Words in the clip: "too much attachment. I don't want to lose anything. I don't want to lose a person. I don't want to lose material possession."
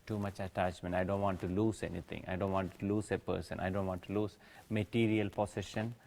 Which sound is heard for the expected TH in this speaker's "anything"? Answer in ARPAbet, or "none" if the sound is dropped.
T